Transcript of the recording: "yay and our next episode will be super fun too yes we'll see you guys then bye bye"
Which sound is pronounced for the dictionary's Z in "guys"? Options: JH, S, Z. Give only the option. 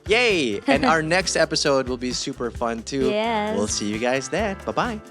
Z